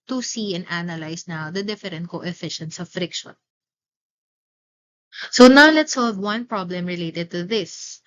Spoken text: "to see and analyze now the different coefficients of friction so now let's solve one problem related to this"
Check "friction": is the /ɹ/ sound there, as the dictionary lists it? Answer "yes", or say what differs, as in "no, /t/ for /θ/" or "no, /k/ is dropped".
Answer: yes